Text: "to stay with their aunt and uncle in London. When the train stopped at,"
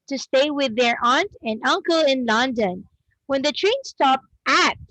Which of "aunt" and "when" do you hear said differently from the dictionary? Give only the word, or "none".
none